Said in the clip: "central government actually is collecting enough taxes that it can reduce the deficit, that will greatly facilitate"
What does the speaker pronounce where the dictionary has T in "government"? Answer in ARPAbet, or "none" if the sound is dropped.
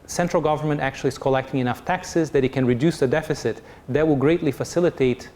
T